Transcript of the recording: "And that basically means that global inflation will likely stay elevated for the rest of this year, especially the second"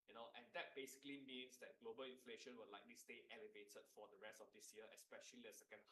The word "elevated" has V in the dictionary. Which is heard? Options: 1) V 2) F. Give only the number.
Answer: 1